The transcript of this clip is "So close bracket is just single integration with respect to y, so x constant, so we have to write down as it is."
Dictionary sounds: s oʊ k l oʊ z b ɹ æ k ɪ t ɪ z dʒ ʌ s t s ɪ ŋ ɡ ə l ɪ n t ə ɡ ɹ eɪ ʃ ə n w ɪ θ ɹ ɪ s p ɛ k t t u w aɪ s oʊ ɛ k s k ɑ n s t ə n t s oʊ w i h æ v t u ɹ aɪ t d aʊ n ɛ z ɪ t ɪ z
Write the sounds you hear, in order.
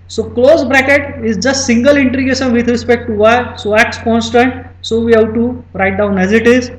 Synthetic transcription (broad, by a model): s oʊ k l oʊ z b ɹ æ k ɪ t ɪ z dʒ ʌ s t s ɪ ŋ ɡ ə l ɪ n t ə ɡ eɪ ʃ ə n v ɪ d ɹ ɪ s p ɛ k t t u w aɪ s oʊ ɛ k s k ɑ n s t ə n t s oʊ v i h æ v t u ɹ aɪ t d aʊ n ɛ z ɪ t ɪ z